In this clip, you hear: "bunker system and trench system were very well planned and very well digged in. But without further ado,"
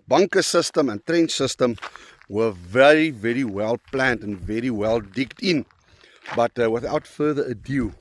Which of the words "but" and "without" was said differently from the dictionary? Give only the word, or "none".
none